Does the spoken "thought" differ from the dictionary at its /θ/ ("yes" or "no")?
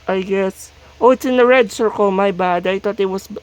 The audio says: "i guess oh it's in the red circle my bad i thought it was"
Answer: yes